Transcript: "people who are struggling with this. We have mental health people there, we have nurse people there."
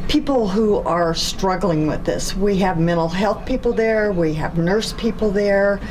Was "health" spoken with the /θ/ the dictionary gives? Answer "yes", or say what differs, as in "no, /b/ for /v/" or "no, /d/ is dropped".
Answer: yes